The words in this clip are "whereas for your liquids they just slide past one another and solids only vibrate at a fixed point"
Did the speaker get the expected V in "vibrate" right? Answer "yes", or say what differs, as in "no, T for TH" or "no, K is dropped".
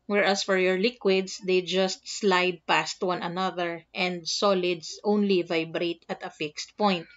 yes